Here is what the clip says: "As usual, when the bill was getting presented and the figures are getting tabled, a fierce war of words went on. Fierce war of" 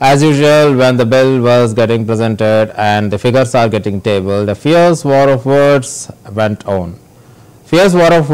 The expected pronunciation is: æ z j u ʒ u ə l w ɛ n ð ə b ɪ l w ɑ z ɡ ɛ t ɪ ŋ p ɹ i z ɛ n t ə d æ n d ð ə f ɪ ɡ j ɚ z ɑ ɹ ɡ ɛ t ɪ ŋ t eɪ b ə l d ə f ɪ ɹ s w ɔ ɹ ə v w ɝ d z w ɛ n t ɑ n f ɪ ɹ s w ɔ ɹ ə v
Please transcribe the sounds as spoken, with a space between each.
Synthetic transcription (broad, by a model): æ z j u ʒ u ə l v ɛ n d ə b ɪ l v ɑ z ɡ ɛ t ɪ ŋ p ɹ i z ɛ n t ə d æ n d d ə f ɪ ɡ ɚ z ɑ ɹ ɡ ɛ t ɪ ŋ t eɪ b ə l d ə f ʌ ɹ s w ɔ ɹ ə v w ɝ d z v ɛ n t ɑ n f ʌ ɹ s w ɔ ɹ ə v